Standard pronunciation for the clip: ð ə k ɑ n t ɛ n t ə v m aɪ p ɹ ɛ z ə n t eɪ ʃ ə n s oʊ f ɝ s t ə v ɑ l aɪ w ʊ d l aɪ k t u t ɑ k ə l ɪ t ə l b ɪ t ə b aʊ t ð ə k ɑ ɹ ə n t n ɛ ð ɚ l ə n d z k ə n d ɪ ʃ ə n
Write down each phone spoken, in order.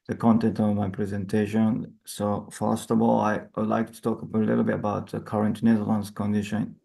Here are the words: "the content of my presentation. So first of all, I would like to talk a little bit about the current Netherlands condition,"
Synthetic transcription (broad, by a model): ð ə k ɑ n t ɛ n t ə v m aɪ p ɹ ɛ z ə n t eɪ ʃ ə n s oʊ f ɝ s t ə v ɑ l aɪ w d l aɪ k t u t ɑ k ə l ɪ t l b ɪ t ə b aʊ t ð ə k ɑ ɹ ə n t n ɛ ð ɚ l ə n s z k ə n d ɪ ʃ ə n